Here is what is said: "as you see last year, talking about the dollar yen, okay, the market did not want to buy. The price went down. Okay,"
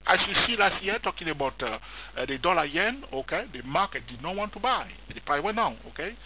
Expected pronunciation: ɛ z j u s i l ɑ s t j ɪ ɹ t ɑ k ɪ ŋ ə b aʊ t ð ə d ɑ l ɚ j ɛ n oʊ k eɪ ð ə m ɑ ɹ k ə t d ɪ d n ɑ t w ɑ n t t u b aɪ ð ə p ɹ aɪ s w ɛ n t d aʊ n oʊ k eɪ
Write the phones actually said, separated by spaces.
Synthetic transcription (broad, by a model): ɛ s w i s i l ɑ s t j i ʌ t ɑ k ɪ ŋ ə b aʊ t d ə d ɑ l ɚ j ɛ n oʊ k eɪ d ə m ɑ k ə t d ɪ d n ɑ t w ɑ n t t u b aɪ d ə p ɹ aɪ w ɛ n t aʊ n oʊ k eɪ